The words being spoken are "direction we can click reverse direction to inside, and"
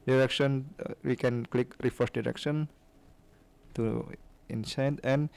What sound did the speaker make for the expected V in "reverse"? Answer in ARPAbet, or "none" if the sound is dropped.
F